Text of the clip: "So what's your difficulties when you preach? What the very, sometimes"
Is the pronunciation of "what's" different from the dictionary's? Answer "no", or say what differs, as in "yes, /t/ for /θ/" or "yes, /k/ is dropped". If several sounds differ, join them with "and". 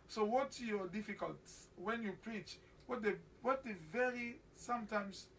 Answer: yes, /s/ is dropped